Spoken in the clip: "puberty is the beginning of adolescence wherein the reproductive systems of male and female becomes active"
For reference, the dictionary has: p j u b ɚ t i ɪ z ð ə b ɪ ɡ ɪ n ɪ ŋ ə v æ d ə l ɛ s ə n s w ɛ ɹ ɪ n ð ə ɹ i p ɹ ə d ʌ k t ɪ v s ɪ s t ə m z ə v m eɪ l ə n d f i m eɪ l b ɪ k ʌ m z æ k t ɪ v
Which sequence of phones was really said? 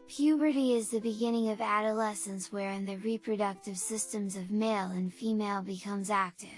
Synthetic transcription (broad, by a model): p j u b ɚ t i ɪ z ð ə b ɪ ɡ ɪ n ɪ ŋ ə v æ d ə l ɛ s ə n s w ɛ ɹ ɪ n ð ə ɹ i p ɹ ə d ʌ k t ɪ v s ɪ s t ə m z ə v m eɪ l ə n f i m eɪ l b ɪ k ʌ m z æ k t ɪ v